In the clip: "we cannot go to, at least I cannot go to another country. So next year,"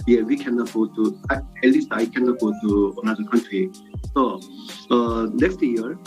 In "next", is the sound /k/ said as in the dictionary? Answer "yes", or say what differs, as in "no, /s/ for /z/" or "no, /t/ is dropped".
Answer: no, /k/ is dropped